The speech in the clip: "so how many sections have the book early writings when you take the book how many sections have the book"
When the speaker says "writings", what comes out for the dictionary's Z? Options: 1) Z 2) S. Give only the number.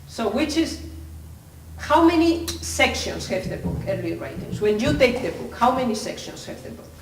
2